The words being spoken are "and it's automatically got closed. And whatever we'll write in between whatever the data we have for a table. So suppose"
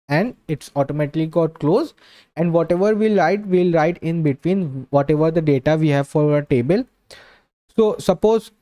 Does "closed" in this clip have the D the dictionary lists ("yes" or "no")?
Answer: no